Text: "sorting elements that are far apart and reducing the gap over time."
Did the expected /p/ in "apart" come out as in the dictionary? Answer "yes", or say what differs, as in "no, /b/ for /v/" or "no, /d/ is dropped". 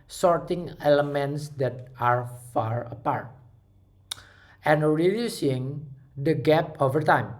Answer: yes